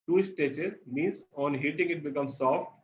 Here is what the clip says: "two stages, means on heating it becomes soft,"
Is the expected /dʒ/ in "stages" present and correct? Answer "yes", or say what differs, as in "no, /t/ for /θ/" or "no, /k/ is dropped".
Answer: no, /tʃ/ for /dʒ/